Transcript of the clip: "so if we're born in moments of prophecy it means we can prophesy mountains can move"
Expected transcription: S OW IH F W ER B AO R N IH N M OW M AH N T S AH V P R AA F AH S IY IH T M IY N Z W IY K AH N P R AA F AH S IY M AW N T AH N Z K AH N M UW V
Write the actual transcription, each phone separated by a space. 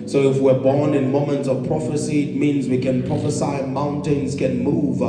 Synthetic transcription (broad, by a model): S OW IH F W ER B AO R N IH N M OW M AH N T S AH V P R AA F AH S IY IH T M IY N Z W IY K AH N P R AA F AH S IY M AW N T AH N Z K AH N M UW V